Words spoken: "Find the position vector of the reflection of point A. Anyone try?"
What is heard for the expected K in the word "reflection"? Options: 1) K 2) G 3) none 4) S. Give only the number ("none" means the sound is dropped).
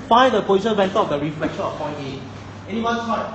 1